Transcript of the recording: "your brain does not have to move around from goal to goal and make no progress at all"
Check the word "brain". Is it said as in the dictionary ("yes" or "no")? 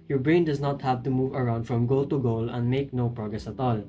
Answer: yes